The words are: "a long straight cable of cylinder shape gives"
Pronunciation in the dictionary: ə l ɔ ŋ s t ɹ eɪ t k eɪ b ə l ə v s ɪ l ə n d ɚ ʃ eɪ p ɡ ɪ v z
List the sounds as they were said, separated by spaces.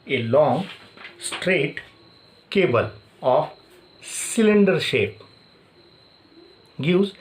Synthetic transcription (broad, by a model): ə l ɔ ŋ s t ɹ eɪ t k eɪ b ə l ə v s ɪ l ə n d ɚ ʃ eɪ p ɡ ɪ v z